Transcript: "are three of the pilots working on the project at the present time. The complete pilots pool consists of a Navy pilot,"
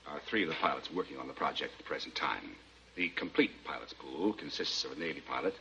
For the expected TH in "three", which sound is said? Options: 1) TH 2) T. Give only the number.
1